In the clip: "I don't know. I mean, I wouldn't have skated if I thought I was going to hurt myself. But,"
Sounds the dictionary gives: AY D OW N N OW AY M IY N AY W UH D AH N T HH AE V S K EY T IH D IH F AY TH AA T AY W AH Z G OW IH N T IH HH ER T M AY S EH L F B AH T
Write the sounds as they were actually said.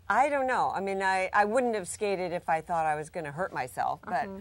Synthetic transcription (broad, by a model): AY D OW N N OW AY M IY N AY W UH D N T HH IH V S K EY T IH D IH F AY TH AA T AY W AH Z G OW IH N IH HH ER T M AY S EH L F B AH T